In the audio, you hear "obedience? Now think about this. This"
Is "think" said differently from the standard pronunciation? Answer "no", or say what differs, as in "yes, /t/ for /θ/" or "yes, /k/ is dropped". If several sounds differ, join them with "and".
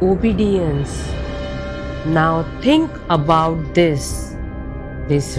yes, /t/ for /θ/